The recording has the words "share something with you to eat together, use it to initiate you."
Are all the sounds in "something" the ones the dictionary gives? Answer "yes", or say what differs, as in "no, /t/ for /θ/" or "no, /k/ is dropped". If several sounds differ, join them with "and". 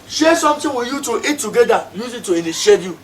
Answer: no, /t/ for /θ/